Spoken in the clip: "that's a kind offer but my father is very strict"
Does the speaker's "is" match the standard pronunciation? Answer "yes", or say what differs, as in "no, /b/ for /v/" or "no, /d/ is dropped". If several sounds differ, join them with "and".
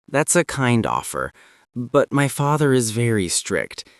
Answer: yes